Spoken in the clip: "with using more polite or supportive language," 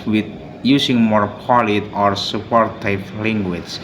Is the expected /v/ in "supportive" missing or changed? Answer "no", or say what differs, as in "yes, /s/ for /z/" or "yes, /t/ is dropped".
yes, /p/ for /v/